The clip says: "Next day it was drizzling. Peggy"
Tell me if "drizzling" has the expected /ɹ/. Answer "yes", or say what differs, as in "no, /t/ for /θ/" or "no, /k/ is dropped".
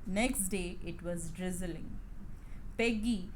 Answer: yes